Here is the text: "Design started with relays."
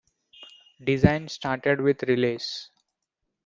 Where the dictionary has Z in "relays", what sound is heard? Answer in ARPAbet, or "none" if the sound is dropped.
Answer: S